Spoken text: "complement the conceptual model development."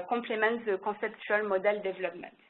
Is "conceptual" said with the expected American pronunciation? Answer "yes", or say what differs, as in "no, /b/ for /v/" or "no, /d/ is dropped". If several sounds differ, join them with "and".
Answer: no, /n/ is dropped